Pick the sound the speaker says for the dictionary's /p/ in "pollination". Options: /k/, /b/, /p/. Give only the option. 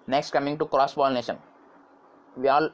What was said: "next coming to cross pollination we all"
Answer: /b/